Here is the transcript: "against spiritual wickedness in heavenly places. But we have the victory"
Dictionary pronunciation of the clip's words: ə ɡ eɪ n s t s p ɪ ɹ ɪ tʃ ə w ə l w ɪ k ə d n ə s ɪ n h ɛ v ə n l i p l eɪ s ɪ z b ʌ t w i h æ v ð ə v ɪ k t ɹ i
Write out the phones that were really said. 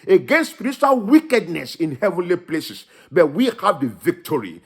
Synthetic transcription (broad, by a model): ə ɡ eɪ n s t s p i ɹ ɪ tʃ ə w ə l w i k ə d n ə s ɪ n h ɛ v ə n l i p l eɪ s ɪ s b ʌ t w i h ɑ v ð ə v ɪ k t ɹ i